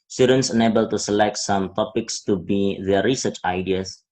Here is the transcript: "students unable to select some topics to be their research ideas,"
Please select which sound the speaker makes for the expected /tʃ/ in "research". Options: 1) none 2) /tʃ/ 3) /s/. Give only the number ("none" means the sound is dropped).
2